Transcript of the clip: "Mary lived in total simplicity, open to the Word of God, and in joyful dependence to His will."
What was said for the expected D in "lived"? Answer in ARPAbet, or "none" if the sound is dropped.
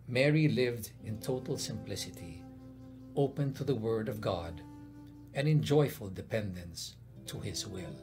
D